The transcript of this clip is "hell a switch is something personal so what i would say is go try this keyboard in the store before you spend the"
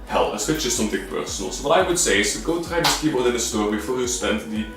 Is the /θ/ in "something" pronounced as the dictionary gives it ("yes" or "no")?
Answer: no